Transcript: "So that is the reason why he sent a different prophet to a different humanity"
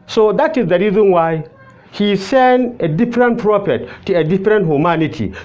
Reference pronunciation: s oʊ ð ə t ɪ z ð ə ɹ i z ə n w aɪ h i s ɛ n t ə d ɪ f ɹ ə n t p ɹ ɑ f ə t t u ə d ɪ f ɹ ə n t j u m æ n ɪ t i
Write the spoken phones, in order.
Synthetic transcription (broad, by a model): s oʊ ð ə t ɪ z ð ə ɹ i z ə n w aɪ h i s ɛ n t ə d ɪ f ɹ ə n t p ɹ ɑ f ə t t u ə d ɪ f ɹ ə n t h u m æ n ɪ t i